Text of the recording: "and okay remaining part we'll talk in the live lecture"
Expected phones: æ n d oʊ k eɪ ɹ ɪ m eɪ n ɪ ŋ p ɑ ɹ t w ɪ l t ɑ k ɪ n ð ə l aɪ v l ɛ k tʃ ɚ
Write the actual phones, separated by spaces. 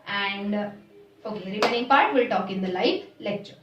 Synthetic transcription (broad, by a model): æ n d oʊ k eɪ ɹ ɪ m eɪ n ɪ ŋ p ɑ ɹ t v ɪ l t ɑ k ɪ n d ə l aɪ f l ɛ k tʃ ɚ